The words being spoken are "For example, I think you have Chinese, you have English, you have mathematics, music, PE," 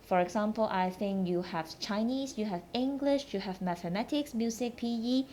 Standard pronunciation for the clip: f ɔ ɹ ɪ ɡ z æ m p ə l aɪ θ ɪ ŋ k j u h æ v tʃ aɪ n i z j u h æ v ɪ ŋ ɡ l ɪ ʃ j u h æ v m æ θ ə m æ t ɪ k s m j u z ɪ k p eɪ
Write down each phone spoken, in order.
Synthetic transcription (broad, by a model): f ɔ ɹ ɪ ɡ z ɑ m p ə l aɪ θ ɪ ŋ k j u h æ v tʃ aɪ n i s j u h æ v ɪ ŋ ɡ l ɪ ʃ j u h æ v m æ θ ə m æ t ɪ k s m j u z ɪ k p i